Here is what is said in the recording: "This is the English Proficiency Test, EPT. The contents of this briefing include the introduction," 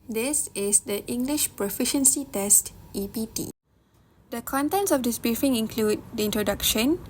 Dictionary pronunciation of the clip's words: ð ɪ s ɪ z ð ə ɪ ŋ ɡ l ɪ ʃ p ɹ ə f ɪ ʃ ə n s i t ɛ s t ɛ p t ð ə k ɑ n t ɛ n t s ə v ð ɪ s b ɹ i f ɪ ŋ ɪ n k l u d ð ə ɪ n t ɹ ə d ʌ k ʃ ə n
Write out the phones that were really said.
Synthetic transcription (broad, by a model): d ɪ s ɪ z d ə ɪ ŋ ɡ l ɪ ʃ p ɹ ə f ɪ ʃ ə n s i t ɛ s t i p t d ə k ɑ n t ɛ n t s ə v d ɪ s b ɹ i f ɪ ŋ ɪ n k l u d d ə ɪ n t ɹ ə d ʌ k ʃ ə n